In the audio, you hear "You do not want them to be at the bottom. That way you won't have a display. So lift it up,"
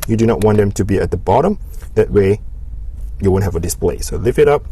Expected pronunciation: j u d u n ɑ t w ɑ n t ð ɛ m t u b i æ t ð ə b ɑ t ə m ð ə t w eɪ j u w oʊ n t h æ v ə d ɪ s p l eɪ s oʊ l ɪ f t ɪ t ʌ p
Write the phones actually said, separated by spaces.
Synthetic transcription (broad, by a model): j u d u n ɑ t w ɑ n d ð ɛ m t u b i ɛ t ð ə b ɑ t ə m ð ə t w eɪ j u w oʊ n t h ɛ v ə d ɪ s p l eɪ s oʊ l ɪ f ɪ t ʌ p